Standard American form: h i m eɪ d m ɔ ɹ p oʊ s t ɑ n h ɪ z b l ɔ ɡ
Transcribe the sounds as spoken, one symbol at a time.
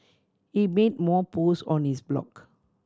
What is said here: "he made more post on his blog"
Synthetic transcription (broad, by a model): h i m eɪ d m ɔ p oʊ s ɑ n h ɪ s b l ɔ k